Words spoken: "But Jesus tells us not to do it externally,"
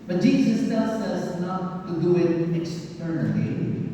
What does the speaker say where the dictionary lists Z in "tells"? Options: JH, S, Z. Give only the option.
S